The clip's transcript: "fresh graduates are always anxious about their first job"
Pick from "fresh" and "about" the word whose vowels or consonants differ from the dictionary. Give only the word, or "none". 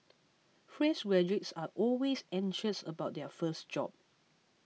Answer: fresh